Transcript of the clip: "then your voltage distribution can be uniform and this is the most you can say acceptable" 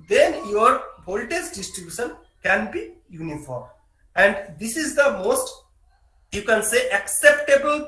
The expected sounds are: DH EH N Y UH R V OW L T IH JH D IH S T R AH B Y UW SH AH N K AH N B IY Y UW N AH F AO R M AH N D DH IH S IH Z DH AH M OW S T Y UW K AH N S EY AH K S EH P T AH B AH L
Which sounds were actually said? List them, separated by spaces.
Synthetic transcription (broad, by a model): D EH N Y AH R B OW L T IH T D IH S T R AH B Y UW SH AH N K AH N B IY Y UW N AH F AO R M AH N D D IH S IH Z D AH M OW S T Y UW K AH N S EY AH K S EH P T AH B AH L